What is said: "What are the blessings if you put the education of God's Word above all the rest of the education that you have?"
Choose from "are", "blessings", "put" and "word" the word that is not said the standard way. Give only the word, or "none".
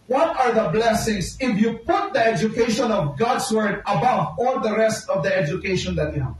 blessings